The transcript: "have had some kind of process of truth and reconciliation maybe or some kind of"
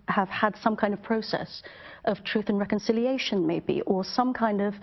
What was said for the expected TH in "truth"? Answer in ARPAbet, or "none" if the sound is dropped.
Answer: TH